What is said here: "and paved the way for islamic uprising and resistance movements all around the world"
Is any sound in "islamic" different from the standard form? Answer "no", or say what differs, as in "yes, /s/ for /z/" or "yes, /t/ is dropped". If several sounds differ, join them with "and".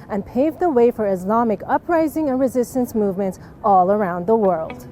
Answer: no